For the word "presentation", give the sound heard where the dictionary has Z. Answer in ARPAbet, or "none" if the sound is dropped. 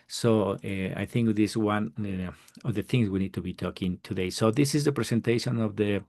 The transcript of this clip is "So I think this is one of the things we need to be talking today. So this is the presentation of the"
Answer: S